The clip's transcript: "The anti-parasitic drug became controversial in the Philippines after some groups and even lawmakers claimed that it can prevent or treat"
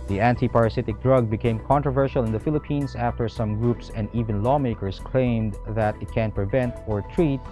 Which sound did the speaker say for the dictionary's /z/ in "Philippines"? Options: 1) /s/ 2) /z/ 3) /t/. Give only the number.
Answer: 1